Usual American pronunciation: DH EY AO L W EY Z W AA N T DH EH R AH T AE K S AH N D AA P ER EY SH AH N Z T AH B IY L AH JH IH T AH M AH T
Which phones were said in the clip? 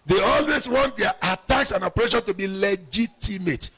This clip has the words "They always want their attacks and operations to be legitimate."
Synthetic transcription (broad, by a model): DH EY AO L W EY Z W AA N T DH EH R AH T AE K S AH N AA P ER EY SH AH N T AH B IY L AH JH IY T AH M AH T